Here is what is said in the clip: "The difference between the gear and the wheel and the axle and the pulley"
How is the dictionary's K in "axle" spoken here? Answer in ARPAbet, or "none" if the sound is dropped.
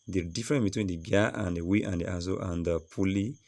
none